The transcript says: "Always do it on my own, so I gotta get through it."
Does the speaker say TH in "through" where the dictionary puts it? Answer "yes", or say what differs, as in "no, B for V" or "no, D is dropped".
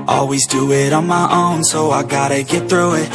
yes